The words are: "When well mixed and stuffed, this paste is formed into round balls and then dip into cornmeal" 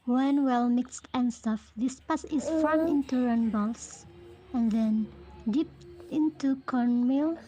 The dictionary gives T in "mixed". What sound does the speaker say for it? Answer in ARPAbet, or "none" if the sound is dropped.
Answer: T